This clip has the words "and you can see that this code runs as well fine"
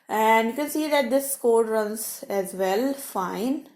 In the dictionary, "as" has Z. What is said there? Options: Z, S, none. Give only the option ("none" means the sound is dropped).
Z